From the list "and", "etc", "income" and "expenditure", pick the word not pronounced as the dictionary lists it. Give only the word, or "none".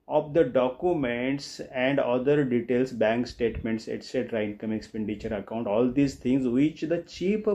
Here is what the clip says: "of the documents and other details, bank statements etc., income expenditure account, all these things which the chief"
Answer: none